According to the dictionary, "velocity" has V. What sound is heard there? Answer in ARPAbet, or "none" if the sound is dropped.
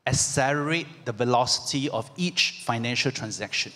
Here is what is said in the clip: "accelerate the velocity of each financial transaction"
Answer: V